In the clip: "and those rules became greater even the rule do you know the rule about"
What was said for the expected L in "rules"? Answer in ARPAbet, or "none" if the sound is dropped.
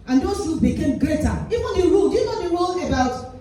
none